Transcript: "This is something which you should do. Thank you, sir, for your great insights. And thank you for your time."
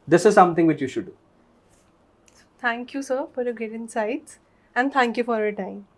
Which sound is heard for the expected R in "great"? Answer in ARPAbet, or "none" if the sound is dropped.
none